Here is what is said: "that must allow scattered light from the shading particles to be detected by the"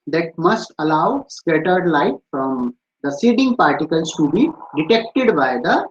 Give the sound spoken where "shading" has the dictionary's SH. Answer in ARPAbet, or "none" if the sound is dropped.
S